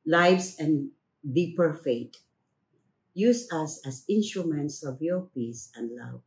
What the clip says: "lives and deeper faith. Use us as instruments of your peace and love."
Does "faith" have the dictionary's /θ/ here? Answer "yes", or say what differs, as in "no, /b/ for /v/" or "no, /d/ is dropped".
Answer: no, /t/ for /θ/